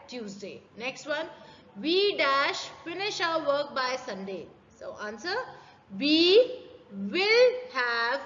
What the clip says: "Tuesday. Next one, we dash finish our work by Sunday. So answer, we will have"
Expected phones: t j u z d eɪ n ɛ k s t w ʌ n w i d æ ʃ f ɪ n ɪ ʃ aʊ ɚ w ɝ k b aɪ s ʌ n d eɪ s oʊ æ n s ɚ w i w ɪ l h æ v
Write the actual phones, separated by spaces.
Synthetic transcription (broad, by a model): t j u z d eɪ n ɛ k s t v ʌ n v i d æ ʃ f ɪ n ɪ ʃ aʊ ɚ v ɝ k b aɪ s ʌ n d eɪ s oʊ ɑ n s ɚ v i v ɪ l h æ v